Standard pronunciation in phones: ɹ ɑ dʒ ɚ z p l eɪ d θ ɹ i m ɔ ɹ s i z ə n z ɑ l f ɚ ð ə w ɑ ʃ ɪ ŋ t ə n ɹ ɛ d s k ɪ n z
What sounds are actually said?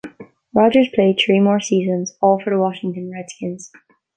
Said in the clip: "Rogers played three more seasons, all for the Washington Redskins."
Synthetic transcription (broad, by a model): ɹ ɑ dʒ ɚ z p l eɪ d θ ɹ i m ɔ ɹ s i z ə n z ɑ l f ɚ ð ə w ɑ ʃ ɪ ŋ t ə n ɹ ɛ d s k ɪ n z